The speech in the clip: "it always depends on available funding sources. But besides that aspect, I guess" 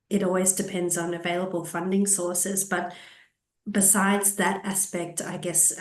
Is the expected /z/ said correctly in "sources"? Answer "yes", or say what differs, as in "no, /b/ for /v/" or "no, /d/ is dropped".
yes